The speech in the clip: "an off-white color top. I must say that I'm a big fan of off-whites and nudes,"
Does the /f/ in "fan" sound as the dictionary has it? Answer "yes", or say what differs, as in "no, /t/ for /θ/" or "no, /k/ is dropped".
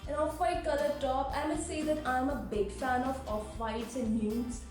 yes